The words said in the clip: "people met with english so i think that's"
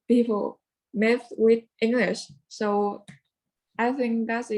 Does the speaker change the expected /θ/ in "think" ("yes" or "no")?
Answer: no